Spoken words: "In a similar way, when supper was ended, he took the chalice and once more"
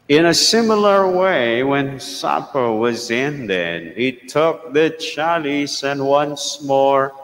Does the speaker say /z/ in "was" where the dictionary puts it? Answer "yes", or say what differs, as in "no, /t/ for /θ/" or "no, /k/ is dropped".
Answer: yes